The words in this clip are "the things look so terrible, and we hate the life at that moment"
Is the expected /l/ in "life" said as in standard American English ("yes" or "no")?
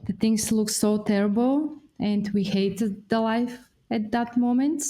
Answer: yes